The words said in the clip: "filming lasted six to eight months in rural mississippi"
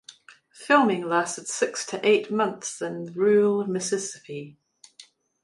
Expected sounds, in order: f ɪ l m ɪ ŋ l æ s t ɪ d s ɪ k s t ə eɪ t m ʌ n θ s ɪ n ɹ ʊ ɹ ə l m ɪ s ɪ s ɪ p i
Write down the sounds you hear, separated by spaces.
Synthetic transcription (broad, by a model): f ɪ l m ɪ ŋ l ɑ s t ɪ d s ɪ k s t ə eɪ t m ʌ n θ s ɪ n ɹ ɹ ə l m ɪ s ɪ s ɪ p i